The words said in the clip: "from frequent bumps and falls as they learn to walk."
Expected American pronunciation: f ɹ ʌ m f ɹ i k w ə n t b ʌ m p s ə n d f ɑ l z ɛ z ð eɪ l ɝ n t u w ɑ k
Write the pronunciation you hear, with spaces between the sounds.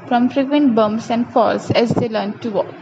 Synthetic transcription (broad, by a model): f ɹ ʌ m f ɹ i k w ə n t b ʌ m s ə n d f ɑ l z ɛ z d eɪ l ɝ n t u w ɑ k